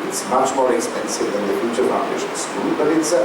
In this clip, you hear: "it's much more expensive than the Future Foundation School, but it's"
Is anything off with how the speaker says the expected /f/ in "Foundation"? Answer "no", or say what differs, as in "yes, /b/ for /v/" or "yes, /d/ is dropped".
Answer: yes, /p/ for /f/